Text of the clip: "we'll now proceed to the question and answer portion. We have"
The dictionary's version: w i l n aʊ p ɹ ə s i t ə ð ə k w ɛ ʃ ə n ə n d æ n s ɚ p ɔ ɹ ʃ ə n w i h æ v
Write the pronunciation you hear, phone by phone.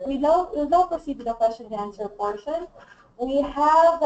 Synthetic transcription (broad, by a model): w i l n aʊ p ə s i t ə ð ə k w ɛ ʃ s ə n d æ n s ɚ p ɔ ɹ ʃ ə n w i h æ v